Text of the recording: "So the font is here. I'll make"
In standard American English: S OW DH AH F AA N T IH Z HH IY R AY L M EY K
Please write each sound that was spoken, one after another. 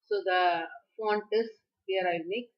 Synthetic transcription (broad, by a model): S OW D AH F AA N T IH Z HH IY R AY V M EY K